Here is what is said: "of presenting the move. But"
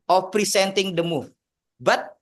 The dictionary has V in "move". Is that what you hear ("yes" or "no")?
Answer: no